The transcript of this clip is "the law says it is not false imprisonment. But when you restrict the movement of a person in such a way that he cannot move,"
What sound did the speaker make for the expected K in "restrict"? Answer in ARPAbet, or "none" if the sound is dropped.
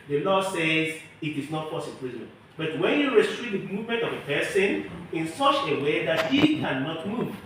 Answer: none